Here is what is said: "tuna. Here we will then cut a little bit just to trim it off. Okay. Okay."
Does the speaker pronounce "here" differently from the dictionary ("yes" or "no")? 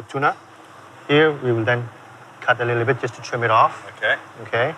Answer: no